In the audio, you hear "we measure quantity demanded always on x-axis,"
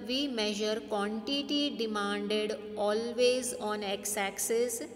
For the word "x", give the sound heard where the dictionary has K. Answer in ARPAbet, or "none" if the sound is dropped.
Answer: K